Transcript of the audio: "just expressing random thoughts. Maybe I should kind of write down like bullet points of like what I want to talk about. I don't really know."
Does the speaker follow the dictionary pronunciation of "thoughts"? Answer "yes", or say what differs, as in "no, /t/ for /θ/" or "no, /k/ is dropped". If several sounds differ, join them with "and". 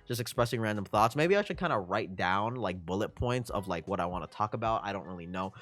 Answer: yes